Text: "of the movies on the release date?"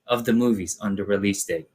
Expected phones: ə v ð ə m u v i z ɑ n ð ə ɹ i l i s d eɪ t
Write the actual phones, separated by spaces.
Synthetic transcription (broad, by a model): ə v ð ə m u v i z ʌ n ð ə ɹ i l i s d eɪ